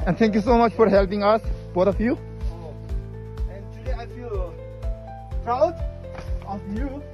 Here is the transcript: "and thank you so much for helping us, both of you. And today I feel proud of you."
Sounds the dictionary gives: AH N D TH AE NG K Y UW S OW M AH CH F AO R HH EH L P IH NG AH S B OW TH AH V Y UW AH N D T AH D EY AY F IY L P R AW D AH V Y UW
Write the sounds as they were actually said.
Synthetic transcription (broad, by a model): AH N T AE NG K Y UW S OW M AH CH F AO R HH EH L P IH NG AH S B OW T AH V Y UW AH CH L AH AY F IY L P R AW D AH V Y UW